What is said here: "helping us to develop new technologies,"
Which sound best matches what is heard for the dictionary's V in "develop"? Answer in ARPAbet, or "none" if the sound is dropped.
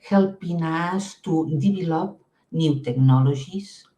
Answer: B